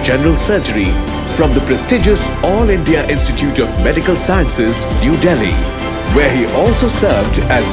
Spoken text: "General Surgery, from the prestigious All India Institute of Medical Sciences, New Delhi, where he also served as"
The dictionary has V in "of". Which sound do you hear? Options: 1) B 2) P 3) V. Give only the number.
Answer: 3